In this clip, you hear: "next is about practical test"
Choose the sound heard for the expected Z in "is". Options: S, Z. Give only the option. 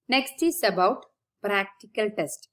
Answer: S